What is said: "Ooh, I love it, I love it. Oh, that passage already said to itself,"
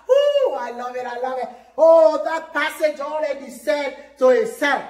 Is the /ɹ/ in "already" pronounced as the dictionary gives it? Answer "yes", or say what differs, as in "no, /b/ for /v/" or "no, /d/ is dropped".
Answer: no, /l/ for /ɹ/